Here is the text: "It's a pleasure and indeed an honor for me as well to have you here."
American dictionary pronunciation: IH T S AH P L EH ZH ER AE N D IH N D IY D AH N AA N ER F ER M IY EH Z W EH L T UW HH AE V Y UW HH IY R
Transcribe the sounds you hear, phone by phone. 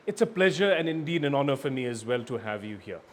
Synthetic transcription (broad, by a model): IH T S AH P L EH ZH ER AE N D IH N D IY D AH N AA N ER F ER M IY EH Z W EH L T UW HH AE V Y UW HH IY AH